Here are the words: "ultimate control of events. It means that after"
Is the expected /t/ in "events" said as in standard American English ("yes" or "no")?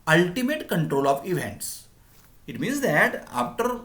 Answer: yes